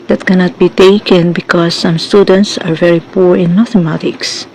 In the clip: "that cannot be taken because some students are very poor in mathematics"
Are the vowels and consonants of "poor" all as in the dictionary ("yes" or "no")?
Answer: yes